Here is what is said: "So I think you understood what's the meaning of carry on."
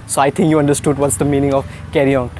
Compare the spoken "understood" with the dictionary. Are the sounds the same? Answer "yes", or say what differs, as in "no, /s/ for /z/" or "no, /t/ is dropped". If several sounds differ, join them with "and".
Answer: yes